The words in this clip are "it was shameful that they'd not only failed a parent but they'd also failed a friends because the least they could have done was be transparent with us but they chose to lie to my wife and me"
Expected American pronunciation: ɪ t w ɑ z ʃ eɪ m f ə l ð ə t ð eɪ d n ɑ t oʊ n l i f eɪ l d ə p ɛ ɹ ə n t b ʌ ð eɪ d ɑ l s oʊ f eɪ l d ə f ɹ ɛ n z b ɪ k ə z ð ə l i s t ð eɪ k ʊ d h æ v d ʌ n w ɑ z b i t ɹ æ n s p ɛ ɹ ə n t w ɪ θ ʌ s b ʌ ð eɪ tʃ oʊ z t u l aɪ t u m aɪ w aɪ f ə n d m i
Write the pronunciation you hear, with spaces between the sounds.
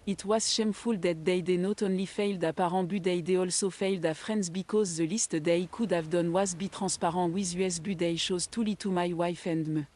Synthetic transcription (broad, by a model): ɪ t w ɑ z ʃ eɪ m f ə l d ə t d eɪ d n ɑ t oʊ n l i f eɪ l d ə p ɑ ɹ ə b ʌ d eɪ d ɑ l s oʊ f eɪ l d ə f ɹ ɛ n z b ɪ k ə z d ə l i s t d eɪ k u d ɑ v d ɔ n w ɑ z b i t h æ s p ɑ ɹ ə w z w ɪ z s b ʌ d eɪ ʃ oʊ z t u l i t u m aɪ w aɪ f ə n d m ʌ